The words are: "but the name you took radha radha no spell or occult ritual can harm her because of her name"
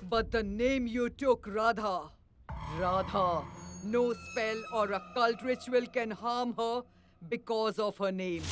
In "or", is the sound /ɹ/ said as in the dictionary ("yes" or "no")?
yes